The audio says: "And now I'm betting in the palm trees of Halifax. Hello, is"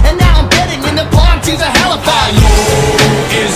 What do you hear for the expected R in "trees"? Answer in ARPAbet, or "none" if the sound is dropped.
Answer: none